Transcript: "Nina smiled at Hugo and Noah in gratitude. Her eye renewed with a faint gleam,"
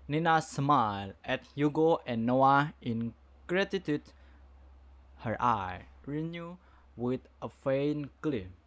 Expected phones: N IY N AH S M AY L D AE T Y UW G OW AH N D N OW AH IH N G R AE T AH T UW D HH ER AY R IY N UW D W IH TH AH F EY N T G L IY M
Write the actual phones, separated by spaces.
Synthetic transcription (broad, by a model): N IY N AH S M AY L EH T Y UW G OW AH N N OW AH IH N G R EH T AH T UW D HH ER AY R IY N UW W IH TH AH F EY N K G L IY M